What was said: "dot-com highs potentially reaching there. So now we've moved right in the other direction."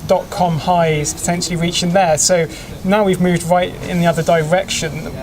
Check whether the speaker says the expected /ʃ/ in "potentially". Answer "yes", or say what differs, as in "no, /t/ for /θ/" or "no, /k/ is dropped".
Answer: yes